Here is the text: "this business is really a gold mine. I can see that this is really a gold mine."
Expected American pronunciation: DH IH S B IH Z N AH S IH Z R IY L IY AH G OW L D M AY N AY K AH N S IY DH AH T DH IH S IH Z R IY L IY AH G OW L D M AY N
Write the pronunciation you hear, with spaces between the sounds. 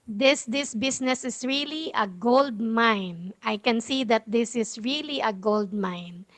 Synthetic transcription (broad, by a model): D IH S B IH S N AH S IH S R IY L IY AH G OW L D M AY N AY K AH N S IY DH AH T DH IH S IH S R IY L IY AH G OW L D M AY N